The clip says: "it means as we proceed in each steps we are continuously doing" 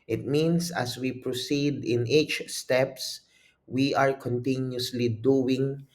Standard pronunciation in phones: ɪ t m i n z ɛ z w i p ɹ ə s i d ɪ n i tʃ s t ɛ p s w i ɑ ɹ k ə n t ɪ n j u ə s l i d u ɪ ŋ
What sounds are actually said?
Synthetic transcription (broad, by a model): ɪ t m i n s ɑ s w i p ɹ ə s i d ɪ n i tʃ s t ɛ p s w i ɑ ɹ k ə n t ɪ n j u s l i d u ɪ ŋ